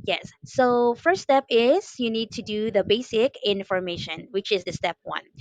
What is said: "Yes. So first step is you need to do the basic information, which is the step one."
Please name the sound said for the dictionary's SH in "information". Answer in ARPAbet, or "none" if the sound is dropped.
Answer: SH